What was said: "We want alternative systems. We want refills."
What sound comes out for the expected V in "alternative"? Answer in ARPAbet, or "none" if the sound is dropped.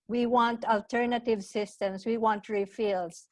V